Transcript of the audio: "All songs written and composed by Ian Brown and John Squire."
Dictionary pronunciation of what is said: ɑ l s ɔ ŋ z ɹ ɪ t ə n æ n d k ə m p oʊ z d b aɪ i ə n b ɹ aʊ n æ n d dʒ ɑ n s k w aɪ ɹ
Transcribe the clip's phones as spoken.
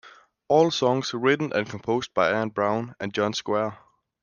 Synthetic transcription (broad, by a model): ɑ l s ɔ ŋ s ɹ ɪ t n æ n k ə m p oʊ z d b aɪ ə n b ɹ aʊ n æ n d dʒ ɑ n s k w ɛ